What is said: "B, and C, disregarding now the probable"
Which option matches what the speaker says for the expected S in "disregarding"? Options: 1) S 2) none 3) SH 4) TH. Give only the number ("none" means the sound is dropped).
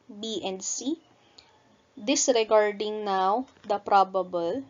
1